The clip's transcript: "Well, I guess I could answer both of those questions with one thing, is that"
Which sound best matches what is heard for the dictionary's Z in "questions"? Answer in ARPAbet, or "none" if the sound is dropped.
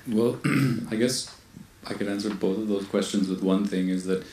Z